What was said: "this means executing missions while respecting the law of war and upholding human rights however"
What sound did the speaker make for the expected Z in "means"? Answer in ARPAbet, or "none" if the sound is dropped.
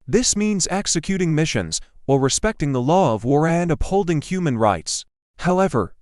Z